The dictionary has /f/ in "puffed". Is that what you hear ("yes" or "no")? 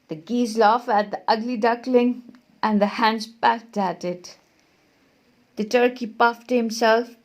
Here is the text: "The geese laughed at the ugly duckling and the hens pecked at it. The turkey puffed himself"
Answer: yes